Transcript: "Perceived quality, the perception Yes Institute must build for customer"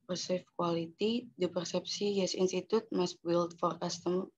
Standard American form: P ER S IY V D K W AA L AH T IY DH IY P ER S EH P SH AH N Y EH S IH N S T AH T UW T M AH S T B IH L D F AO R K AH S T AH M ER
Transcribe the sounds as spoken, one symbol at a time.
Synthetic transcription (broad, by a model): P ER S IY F K W AA L AH T IY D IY P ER S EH P S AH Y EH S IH N S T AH T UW T M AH S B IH L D F AO R K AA S T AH M